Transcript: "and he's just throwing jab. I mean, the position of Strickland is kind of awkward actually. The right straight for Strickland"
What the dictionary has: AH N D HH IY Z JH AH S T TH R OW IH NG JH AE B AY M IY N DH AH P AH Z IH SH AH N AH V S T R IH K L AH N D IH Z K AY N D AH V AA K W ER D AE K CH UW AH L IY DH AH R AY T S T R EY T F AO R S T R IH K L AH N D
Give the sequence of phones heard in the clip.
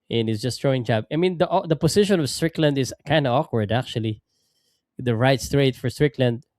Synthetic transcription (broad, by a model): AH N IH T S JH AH S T R OW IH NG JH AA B AY M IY N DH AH P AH S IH SH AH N AH V S T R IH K L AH N D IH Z K AY N D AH AA K W ER D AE K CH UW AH L IY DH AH R AY T S T R EY T F AO R S T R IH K L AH N D